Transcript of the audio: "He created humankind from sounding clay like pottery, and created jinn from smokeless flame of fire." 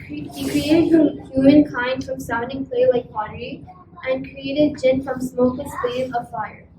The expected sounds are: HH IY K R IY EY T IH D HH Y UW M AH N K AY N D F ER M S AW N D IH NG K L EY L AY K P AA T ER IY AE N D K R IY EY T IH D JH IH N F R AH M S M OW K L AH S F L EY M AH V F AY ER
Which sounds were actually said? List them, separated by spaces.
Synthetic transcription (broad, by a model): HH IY K R IY EY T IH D HH Y UW M AH N K AY N D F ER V S AW N D IH NG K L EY L AY K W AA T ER IY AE N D K R IY EY T IH D JH IH N F R AH M S M OW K AH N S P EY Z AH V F AY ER